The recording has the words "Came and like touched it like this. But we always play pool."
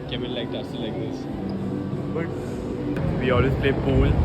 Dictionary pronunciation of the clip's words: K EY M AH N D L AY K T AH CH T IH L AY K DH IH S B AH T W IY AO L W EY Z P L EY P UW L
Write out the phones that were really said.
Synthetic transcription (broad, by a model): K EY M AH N L AY K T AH S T IH L AY K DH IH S B AH T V IY AO L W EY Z P L EY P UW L